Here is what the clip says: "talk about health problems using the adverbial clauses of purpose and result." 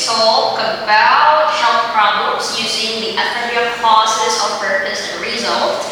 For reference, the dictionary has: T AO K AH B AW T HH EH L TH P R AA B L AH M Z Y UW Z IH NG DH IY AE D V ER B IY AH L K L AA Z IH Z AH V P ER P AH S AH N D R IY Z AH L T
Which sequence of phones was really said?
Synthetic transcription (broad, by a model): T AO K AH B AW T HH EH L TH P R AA B L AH M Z Y UW Z IH NG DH IY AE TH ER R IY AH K AA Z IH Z AH V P ER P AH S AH R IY Z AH L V